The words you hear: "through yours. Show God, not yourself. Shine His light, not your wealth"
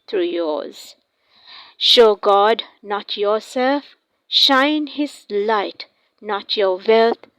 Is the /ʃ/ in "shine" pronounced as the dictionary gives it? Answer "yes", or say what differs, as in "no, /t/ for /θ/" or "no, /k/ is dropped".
yes